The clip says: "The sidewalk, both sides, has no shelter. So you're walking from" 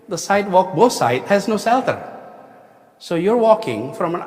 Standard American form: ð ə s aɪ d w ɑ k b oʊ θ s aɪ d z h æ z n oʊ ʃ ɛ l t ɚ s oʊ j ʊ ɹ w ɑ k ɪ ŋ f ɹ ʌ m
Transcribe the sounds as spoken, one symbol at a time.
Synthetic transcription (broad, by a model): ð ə s aɪ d w ɑ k b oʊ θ s aɪ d h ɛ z n oʊ s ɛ l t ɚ s oʊ j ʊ ɹ w ɑ k ɪ ŋ f ɹ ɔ m